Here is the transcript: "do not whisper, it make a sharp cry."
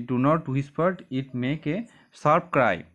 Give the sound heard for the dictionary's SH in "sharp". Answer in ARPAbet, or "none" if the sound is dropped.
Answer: S